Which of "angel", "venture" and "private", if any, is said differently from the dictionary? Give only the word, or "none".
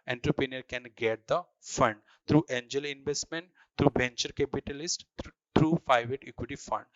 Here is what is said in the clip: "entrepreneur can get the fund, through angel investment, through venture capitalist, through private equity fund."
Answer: venture